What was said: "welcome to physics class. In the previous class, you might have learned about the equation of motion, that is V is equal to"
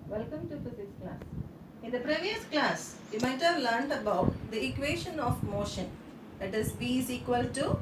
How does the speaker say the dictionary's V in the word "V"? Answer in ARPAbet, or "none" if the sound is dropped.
B